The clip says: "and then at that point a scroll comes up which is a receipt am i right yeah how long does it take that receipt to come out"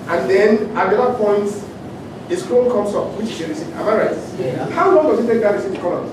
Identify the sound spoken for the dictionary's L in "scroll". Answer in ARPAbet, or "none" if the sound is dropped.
N